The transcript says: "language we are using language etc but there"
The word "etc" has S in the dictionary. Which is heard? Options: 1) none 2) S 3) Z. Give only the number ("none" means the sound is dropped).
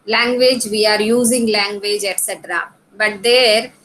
2